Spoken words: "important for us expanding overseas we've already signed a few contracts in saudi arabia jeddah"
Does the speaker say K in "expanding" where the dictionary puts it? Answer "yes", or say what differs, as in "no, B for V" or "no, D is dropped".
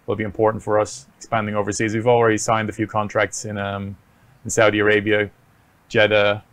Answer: yes